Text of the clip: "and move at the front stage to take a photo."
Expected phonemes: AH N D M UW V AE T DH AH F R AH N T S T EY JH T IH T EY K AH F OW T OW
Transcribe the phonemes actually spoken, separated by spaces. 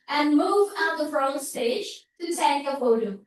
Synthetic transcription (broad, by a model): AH N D M UW V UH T DH AH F R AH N S T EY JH T IH S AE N AH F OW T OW